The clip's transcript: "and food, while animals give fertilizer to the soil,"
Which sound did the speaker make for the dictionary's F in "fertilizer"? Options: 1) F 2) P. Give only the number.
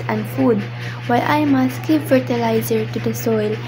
1